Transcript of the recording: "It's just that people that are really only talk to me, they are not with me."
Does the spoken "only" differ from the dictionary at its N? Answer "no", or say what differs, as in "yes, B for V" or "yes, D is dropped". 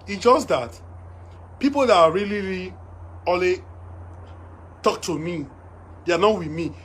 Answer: yes, N is dropped